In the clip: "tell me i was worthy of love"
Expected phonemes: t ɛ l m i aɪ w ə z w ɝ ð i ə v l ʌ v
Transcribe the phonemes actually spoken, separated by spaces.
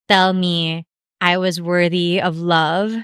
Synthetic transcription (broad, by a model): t ɛ l m i aɪ w ə z w ɝ ð i ə v l ʌ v